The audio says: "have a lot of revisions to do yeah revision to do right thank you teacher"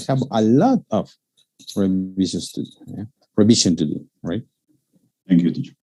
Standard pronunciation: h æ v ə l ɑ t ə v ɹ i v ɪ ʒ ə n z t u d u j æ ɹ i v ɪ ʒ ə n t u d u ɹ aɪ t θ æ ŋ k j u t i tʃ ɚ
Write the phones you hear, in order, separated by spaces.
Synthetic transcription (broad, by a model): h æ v ə l ɑ t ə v ɹ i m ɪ ʃ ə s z t u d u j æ ɹ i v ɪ ʃ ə n t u d u ɹ aɪ t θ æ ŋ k j u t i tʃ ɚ